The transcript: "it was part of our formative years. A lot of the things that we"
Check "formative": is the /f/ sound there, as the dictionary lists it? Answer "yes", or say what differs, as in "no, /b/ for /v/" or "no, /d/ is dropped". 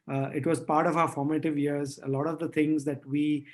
yes